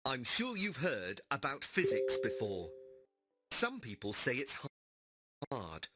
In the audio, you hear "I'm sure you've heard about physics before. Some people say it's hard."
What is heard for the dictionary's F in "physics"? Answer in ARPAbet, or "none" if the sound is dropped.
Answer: F